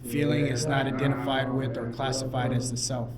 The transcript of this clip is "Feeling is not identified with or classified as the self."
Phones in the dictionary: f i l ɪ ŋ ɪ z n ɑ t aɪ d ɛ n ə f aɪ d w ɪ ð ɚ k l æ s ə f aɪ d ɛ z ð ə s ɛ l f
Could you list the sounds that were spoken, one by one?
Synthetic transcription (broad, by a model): f i l ɪ ŋ ɪ z n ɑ t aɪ d ɛ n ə f aɪ d w ɪ ð ɚ k l æ s ə f aɪ d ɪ z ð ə s ɛ l f